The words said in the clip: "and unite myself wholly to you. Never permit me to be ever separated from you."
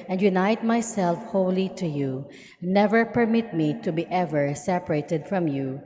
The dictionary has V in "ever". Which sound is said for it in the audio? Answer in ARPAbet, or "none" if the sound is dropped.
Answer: V